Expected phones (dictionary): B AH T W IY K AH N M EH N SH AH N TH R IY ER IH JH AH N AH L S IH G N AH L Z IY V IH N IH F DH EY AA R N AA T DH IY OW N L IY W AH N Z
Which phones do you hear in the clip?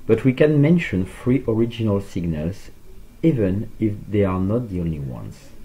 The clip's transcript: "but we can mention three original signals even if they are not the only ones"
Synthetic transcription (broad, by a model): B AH T W IY K AH N M EH N SH AH N F R IY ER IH JH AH N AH L S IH G N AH L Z IY V IH N IH F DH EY AA R N AA T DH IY OW N L IY W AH N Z